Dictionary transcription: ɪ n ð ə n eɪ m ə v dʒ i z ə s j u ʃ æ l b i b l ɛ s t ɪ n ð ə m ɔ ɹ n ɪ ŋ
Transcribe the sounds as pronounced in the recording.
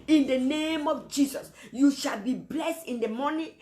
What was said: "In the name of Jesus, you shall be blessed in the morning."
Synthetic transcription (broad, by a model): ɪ n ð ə n eɪ m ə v dʒ i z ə s j u ʃ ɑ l b i b l ɛ s t ɪ n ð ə m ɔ n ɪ